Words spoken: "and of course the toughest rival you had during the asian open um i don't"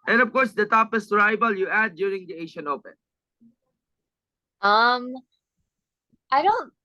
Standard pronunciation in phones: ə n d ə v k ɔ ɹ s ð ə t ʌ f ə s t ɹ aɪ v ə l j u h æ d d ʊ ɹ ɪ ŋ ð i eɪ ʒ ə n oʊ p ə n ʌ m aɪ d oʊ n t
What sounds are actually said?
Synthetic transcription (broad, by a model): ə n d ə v k ɔ ɹ s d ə t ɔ p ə s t ɹ aɪ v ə l j u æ d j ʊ ɹ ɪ ŋ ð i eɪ ʃ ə n oʊ p ə n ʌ m aɪ d oʊ n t